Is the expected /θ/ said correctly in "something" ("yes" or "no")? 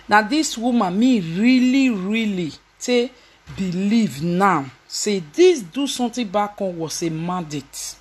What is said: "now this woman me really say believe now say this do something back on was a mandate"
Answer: no